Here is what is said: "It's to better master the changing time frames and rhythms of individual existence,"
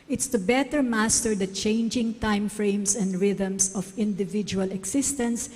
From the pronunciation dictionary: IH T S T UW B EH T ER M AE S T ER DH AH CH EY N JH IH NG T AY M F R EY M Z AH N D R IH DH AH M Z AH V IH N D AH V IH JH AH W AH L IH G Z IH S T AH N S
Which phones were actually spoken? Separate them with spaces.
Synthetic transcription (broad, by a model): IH T S T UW B EH T ER M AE S T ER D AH CH EY N JH IH NG T AY M F R EY M S AH N D R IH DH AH M S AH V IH N D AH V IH JH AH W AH L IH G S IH S T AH N S